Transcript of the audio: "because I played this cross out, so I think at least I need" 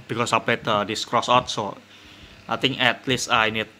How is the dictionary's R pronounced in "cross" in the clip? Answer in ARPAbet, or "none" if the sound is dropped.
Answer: R